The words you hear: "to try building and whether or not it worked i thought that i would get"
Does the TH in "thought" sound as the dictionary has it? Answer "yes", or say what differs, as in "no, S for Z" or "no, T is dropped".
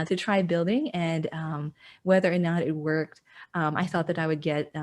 yes